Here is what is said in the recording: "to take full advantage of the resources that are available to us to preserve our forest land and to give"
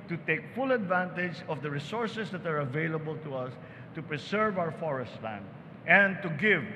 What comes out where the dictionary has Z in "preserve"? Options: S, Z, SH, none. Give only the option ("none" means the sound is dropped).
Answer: S